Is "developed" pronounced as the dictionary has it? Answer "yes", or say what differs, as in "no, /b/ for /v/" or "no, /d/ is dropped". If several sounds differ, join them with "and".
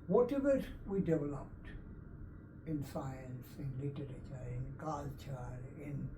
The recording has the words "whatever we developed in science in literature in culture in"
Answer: yes